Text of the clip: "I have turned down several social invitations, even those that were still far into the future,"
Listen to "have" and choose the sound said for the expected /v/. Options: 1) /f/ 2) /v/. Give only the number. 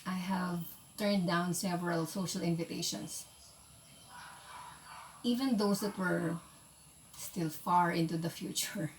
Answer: 2